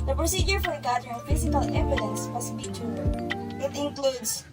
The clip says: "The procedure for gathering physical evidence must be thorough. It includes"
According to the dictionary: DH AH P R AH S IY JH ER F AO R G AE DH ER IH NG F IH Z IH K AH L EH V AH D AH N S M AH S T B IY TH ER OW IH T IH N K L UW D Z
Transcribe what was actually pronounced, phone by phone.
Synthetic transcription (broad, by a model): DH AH P R AH S IY JH ER F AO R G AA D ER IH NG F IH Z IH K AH L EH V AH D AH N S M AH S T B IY T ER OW IH T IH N K L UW D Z